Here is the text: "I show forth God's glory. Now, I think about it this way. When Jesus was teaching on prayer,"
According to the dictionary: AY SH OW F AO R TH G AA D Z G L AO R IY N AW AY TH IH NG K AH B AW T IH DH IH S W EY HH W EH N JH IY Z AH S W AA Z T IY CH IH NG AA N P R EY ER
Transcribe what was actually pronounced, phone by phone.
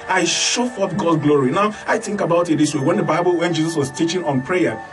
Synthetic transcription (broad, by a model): AY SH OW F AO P G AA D G L AO R IY N AW AY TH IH NG K AH B AW T IH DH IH S W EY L W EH N JH IY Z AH S W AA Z T IY CH IH NG AA N P R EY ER